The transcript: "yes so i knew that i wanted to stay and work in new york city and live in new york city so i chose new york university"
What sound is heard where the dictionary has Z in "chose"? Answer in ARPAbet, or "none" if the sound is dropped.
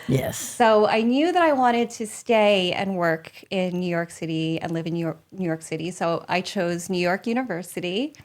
Z